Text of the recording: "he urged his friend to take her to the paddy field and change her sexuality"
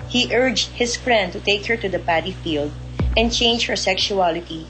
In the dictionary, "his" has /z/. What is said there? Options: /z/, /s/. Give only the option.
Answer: /s/